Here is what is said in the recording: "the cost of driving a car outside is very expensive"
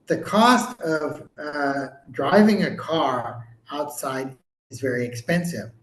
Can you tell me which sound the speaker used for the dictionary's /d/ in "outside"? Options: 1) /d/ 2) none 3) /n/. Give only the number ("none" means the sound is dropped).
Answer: 1